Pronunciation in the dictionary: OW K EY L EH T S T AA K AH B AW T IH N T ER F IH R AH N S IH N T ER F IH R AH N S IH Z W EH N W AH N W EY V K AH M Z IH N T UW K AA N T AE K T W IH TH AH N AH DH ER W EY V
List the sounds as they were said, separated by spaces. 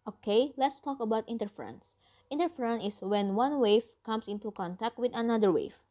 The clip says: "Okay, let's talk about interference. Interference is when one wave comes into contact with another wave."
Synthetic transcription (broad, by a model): OW K EY L EH T S T AA K AH B AW T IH N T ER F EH R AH N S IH N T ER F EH R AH N IH S W EH N W AH N W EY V K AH M S IH N T UW K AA N T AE K T W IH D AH N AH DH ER W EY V